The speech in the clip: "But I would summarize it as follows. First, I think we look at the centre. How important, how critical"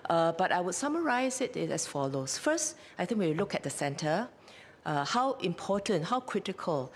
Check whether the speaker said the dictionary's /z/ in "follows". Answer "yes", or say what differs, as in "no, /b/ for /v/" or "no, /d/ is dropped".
no, /s/ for /z/